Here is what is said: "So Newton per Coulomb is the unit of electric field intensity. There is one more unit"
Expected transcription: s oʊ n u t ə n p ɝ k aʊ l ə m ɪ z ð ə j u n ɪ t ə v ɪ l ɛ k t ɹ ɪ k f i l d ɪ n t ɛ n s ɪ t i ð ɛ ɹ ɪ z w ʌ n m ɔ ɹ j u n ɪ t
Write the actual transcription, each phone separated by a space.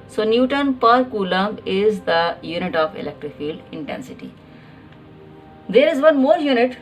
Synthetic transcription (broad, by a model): s oʊ n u t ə n p ɝ k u l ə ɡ ɪ z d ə j u n ɪ t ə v ɪ l ɛ k t ɹ ɪ k f i l d ɪ n t ɛ n s ɪ t i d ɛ ɹ ɪ z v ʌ n m ɔ ɹ j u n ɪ t